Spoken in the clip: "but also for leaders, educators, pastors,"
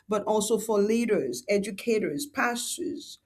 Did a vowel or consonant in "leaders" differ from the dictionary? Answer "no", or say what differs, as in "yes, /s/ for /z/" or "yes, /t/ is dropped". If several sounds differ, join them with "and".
no